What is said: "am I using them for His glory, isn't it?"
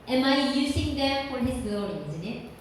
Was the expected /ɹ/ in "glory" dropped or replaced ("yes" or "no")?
yes